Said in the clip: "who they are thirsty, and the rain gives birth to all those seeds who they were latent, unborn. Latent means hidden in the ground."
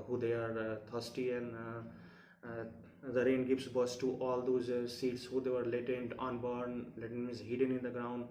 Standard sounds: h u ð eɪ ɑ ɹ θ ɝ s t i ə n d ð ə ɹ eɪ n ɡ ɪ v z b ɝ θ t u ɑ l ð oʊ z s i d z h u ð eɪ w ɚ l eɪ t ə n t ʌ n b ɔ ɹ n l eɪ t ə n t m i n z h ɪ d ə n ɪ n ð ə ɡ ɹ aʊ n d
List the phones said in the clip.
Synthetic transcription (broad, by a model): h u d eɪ ɑ ɹ t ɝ s t i ə n d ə ɹ eɪ n ɡ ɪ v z b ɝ s t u ɑ l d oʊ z s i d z h u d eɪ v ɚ l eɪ t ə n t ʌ n b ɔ ɹ n l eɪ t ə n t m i z h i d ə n ɪ n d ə ɡ ɹ aʊ n d